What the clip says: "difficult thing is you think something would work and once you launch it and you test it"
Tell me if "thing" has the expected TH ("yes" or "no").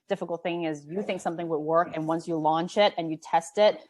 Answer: yes